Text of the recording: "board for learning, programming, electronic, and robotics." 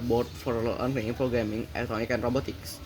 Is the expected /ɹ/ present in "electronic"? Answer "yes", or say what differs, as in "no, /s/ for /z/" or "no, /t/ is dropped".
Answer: no, /ɹ/ is dropped